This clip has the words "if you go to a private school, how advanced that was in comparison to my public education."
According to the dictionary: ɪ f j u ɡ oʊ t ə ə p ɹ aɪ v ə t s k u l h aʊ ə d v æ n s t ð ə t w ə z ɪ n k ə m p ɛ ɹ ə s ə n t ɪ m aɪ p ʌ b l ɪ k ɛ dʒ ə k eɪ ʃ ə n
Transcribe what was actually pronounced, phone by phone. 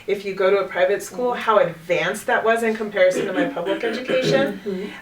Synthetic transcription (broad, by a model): ɪ f j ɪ ɡ oʊ t ə ə p ɹ aɪ v ə t s k u l h aʊ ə d v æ n s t ð ə t w ə z ɪ n k ə m p ɛ ɹ ə s ə n t ɪ m aɪ p ʌ b l ɪ k ɛ dʒ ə k eɪ ʃ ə n